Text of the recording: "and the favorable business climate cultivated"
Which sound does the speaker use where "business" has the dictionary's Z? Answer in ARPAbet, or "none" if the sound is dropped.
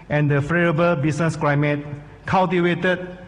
S